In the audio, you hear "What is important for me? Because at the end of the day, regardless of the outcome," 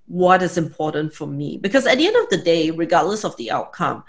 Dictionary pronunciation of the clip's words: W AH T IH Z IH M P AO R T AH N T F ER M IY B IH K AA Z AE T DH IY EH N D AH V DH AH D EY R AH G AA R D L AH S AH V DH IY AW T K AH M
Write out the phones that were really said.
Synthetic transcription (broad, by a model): W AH T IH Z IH M P AO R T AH N T F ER M IY B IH K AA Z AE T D IY EH N D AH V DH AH D EY R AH G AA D L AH S AH V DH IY AW T K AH M